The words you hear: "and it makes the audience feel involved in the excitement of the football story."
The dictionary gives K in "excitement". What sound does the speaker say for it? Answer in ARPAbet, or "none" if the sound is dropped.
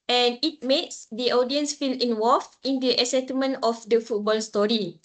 none